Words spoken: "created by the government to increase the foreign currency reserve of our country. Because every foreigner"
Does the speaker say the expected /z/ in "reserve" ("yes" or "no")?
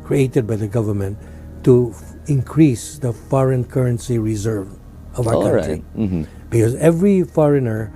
yes